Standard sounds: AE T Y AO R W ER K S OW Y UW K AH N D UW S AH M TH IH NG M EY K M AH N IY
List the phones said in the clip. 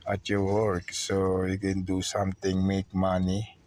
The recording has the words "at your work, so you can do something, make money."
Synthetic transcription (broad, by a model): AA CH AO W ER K S OW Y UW K AH N D UW S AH M T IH NG M EY K M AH N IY